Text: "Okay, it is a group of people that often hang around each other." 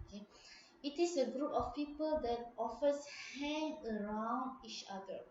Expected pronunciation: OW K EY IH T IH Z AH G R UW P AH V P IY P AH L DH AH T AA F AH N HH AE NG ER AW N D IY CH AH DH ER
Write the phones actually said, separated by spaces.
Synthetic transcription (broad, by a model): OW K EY IH T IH S AH G R UW P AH F P IY P AH L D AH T AA F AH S HH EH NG ER AW N D IY CH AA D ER